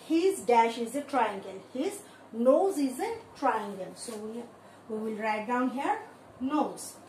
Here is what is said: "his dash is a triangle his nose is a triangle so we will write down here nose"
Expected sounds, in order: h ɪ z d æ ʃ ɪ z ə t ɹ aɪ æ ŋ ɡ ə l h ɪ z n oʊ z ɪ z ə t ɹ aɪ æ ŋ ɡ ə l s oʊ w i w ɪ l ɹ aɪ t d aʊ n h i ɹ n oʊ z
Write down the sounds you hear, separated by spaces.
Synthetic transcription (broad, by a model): h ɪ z d æ ʃ ɪ z ə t ɹ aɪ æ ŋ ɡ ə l h ɪ z n oʊ z ɪ z ə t ɹ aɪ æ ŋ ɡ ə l s oʊ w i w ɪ l ɹ aɪ t d aʊ n h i ɹ n oʊ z